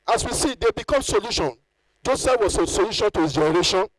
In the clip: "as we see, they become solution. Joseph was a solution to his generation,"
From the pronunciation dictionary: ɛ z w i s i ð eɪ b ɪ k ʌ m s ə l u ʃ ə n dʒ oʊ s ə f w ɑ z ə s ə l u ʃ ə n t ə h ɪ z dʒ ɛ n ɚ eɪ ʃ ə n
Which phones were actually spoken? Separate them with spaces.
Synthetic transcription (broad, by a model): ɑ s w i s i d eɪ b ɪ k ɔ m s ə l u ʃ ə n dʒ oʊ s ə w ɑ s ə s ə l u ʃ ə n t ə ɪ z dʒ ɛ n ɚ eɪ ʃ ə n